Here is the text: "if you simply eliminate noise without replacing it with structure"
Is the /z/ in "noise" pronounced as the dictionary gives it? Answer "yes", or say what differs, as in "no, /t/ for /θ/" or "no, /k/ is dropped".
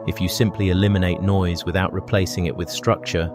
yes